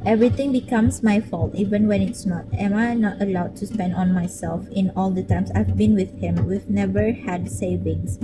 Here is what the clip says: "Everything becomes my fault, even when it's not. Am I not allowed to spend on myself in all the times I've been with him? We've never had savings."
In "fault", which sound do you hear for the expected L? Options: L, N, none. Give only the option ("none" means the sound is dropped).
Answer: L